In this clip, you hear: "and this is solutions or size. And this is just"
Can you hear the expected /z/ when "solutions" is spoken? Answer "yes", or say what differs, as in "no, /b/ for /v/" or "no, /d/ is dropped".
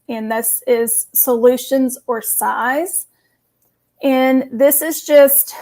yes